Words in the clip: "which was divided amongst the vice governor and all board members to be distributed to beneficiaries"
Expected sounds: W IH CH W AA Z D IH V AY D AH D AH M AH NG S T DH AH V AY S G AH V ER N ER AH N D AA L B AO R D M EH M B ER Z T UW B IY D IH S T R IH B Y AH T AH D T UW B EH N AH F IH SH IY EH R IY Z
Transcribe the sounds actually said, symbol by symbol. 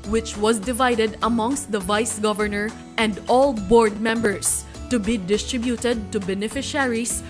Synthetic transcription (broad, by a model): W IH CH W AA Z D IH V AY D AH D AH M AH NG S T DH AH V AY S G AH V ER N ER AH N D AA L B AO R D M EH M B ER S T UW B IY D IH S T R IH B Y AH T AH D T UW B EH N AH F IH SH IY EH R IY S